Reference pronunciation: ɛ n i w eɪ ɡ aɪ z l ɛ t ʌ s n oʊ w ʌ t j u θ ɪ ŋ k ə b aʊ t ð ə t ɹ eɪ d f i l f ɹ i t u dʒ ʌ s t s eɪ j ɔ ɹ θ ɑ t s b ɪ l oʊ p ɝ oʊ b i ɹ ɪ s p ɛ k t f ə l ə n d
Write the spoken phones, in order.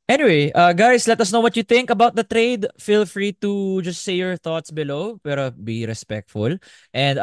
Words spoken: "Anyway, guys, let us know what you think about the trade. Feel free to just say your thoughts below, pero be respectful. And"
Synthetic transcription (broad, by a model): ɛ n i w eɪ ɡ aɪ s l ɛ t ʌ s n oʊ w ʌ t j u θ ɪ ŋ k ə b aʊ t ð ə t ɹ eɪ d f i l f ɹ i t u dʒ ʌ s t s eɪ j ɔ ɹ θ ɑ t s b ɪ l oʊ p ɝ oʊ b i ɹ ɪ s p ɛ k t f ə l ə n d